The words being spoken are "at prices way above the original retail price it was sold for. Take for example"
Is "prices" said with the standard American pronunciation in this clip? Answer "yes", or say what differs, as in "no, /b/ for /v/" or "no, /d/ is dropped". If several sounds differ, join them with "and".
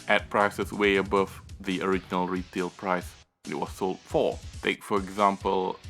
no, /s/ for /z/